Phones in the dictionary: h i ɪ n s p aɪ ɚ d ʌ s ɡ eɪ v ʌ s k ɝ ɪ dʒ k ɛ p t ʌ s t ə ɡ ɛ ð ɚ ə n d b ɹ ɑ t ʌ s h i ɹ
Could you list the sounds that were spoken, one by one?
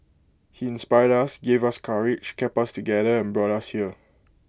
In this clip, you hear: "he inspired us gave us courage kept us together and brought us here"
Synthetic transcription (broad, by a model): h i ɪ n s p aɪ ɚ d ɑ s ɡ eɪ v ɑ s k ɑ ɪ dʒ k ɛ p ɑ s t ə ɡ ɛ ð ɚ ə n b ɹ ɑ t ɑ s h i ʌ